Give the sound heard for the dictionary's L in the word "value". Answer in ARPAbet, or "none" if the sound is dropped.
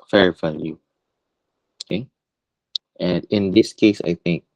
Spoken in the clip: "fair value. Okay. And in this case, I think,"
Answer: N